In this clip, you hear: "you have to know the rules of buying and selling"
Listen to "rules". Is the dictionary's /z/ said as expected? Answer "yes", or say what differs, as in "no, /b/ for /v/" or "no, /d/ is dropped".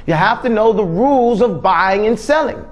yes